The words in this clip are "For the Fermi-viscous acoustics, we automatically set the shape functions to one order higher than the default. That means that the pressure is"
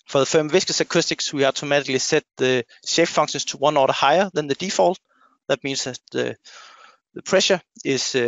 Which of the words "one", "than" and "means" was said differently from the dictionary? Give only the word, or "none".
means